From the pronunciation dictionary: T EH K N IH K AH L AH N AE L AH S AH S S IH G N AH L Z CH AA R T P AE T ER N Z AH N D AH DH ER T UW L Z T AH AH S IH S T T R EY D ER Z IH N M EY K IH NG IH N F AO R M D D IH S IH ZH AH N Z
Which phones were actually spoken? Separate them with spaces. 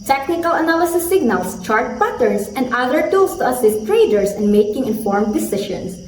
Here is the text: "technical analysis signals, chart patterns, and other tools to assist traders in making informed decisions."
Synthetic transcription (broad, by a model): T EH K N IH K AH L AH N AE L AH S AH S S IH G N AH L S CH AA R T P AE T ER N S AH N D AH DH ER T UW L S T AH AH S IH S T T R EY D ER S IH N M EY K IH NG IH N F AO R M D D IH S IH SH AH N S